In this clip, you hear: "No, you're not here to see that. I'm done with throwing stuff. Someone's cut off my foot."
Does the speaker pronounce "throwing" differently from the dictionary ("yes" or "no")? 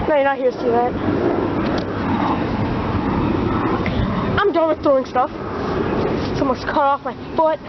yes